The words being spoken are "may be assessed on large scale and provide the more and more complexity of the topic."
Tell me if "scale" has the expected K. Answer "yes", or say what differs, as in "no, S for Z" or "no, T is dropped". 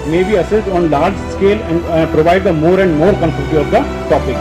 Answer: yes